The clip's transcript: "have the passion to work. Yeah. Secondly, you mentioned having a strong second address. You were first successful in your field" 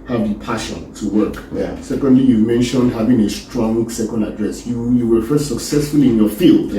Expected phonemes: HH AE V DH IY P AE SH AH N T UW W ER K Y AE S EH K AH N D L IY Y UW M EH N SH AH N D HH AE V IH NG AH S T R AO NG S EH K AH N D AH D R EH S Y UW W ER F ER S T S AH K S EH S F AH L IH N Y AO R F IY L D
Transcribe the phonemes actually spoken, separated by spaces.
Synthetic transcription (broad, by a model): HH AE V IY P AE SH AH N T UW W ER K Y S EH K AH N D L IY Y UW M EH N SH AH N D HH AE V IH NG AH S T R AO NG S EH K AH N D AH D R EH S Y UW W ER F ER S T S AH K S EH S F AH L IH N Y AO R F IY L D